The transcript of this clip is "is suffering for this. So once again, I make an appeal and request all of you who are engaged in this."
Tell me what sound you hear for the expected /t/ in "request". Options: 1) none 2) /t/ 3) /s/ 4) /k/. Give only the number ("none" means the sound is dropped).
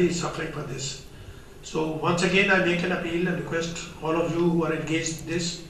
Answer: 2